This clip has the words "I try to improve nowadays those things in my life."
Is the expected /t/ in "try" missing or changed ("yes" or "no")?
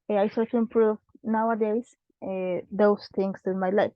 yes